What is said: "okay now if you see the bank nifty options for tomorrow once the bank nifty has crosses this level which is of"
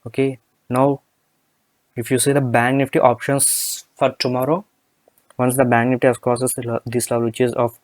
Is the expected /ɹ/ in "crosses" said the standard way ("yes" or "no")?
no